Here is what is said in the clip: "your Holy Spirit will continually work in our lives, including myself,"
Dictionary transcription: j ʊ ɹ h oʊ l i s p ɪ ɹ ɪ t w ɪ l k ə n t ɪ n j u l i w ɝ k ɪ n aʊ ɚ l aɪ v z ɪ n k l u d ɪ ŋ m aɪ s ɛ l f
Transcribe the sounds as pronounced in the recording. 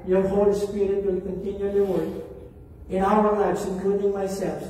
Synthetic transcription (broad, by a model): j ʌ ɹ h oʊ l i s p ɪ ɹ ɪ t w ɪ l k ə n t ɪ n j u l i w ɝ ɪ n aʊ ɚ l aɪ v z ɪ n k l u d ɪ ŋ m aɪ s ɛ l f